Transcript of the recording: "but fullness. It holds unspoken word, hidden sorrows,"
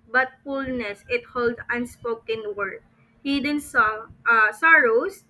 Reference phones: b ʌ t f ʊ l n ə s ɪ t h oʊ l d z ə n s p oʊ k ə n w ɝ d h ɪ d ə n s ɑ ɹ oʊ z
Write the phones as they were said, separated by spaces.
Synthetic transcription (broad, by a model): b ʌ t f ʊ l n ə s ɪ t h oʊ l d ə n s p oʊ k ə n w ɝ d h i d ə n s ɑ ɹ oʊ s